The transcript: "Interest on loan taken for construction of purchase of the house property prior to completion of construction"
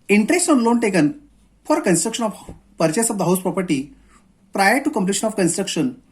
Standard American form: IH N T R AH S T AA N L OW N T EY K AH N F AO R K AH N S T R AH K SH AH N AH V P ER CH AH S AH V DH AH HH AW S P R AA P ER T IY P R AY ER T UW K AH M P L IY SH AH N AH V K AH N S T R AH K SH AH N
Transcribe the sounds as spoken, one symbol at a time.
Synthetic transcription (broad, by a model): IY N T R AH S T AA N L OW N T EY K AH N F AO R K AH N S T R AH K SH AH N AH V P ER CH AH S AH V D AH HH AW S P R AA P ER T IY P R AY ER T UW K AH M P L IY SH AH N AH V K AH N S T R AH K SH AH N